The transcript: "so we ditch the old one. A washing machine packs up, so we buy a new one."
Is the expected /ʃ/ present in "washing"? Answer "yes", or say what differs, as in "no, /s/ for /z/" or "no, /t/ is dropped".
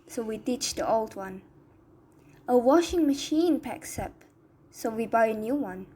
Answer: yes